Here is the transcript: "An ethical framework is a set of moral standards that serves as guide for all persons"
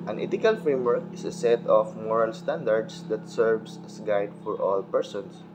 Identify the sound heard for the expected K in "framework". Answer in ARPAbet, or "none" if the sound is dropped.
K